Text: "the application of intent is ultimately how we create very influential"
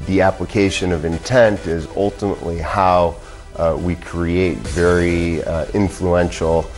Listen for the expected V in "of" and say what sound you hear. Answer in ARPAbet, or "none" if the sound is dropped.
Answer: V